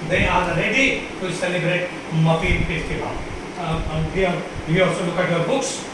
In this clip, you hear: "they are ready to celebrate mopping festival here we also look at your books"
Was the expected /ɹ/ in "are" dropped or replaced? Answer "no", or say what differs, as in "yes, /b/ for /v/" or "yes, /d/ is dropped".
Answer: yes, /l/ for /ɹ/